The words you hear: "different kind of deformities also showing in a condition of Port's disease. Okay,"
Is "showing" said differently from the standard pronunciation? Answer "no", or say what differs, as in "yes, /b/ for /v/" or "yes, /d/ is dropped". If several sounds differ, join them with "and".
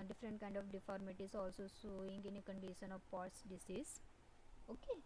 yes, /s/ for /ʃ/